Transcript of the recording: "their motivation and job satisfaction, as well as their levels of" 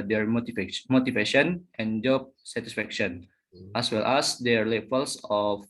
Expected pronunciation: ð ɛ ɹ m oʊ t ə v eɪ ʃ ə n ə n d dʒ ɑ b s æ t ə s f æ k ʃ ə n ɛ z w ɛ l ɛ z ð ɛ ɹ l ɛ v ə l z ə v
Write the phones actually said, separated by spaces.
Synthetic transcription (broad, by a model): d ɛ ɹ m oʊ t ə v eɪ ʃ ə n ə n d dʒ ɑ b s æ t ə s f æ k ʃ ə n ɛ s w ɛ l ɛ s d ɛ ɹ l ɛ f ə l s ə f